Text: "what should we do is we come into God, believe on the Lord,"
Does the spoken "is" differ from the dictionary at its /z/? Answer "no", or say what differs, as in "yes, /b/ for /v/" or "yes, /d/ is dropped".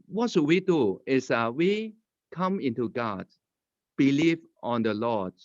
yes, /s/ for /z/